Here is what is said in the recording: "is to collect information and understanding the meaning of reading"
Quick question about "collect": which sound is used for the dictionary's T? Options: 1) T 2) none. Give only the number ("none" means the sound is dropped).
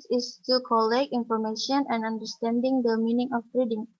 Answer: 2